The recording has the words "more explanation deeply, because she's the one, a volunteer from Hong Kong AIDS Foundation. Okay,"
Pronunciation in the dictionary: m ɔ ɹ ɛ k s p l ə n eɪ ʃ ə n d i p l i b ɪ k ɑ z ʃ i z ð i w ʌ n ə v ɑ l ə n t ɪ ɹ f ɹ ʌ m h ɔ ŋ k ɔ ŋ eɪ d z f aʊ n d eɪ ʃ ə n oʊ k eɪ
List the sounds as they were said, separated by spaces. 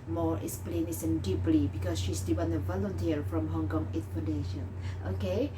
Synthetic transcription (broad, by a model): m ɔ ɹ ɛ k s p l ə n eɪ s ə n d i p l i b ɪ k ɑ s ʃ i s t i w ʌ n ə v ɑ l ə n t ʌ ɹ f ɹ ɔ m h ɔ ŋ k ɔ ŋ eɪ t f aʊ n d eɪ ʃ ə n oʊ k eɪ